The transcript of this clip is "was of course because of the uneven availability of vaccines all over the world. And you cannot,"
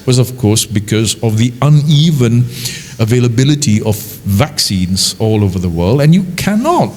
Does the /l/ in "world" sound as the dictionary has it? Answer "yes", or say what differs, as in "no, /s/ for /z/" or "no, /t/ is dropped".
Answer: yes